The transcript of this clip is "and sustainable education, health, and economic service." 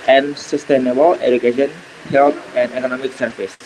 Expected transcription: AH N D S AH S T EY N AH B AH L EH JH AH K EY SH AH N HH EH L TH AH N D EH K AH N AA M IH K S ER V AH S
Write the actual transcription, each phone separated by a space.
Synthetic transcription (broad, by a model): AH N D S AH S T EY N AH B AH L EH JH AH K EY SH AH N HH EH L T AH N D EH K AH N AA M IH K S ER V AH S